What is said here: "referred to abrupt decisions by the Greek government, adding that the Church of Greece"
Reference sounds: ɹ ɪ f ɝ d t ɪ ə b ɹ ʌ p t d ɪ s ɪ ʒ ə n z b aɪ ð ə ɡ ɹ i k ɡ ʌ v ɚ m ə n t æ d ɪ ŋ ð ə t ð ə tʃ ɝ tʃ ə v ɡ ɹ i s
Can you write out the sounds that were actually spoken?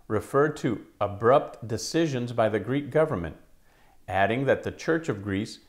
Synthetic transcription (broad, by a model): ɹ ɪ f ɝ d t ɪ ə b ɹ ʌ p t d ɪ s ɪ ʒ ə n z b aɪ ð ə ɡ ɹ i k ɡ ʌ v ɚ m ə n t æ d ɪ ŋ ð ə t ð ə tʃ ɝ tʃ ə v ɡ ɹ i s